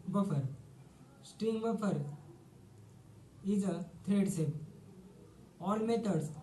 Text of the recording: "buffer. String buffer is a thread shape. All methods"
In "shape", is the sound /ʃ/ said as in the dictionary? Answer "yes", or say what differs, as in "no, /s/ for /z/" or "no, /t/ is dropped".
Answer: no, /s/ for /ʃ/